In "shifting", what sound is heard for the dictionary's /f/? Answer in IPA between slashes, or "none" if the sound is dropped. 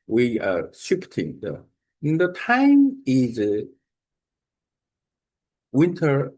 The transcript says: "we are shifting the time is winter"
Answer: /p/